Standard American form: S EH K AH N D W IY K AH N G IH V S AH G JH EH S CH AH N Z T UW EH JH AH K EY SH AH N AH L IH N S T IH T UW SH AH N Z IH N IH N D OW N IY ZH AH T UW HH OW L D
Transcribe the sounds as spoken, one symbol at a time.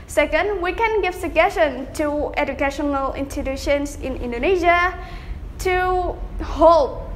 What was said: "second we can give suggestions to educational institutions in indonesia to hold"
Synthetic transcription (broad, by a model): S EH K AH N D W IY K AH N G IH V S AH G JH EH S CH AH N T UW EH JH AH K EY SH AH N AH L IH N S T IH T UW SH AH N S IH N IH N D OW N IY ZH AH T UW HH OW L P